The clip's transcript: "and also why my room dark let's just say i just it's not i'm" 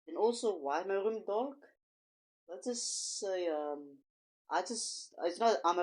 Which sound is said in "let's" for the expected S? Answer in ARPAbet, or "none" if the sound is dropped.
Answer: none